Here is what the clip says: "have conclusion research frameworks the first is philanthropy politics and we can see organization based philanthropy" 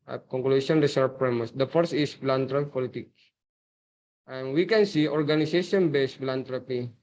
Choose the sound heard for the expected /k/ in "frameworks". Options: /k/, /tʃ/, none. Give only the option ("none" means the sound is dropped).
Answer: none